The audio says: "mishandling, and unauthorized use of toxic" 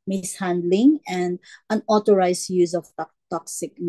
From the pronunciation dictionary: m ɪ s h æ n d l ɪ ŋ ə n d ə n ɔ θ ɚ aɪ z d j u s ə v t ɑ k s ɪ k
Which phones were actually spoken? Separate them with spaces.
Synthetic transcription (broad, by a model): m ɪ s h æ n d l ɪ ŋ ə n d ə n ɔ t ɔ aɪ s j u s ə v t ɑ k s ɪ k